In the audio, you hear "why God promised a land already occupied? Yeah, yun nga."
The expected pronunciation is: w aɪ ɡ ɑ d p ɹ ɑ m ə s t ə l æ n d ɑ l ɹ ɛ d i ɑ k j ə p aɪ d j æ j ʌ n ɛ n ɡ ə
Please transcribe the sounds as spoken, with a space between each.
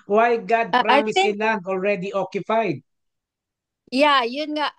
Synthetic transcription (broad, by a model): w aɪ ɡ ɑ d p ɹ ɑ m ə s ə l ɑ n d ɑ l ɹ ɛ d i ɑ k j ə p aɪ d j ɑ j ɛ n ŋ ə